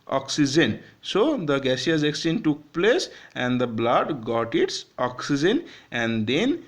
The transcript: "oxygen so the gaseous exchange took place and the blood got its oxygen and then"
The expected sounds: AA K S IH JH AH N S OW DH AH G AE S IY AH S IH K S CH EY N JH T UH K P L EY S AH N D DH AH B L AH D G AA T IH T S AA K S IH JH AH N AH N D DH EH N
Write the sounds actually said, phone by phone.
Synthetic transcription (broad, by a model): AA K S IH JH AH N S OW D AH G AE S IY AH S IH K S EY N T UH K P L EY S AH N D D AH B L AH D G AA T IH T S AA K S IH JH AH N AH N D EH N